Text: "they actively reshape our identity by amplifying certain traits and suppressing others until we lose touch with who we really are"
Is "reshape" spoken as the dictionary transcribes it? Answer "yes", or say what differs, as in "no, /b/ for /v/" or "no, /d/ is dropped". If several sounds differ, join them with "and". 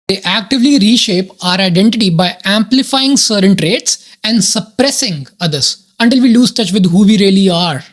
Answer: yes